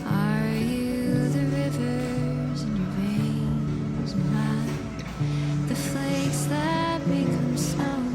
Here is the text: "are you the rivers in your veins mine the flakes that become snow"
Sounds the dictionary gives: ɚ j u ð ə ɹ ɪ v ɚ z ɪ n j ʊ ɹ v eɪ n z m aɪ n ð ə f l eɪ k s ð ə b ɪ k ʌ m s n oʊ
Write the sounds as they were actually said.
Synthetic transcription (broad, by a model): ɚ j u ð ə ɹ ɪ v ɚ z ɪ n j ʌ ɹ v eɪ n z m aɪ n ð ə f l eɪ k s ð ə b ɪ k ʌ m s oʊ